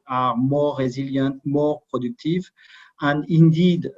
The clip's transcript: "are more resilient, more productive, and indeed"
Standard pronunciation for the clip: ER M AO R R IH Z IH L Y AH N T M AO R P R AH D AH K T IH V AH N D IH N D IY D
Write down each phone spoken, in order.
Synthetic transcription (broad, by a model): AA M AO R R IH Z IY L Y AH T M AO R P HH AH D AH K T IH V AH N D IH N D IY D